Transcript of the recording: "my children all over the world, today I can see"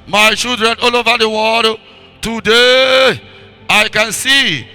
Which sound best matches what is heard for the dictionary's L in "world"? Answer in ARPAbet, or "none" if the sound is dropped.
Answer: none